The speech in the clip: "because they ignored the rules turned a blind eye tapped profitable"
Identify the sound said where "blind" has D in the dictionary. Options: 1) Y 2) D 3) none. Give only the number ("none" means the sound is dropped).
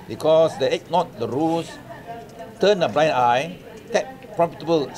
3